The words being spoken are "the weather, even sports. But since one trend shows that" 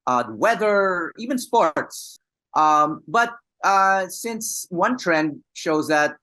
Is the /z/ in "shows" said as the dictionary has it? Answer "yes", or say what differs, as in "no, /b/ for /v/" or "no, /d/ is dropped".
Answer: yes